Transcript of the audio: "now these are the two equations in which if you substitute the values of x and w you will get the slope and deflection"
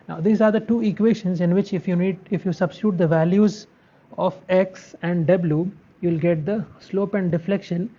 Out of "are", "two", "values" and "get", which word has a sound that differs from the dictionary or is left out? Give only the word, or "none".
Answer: none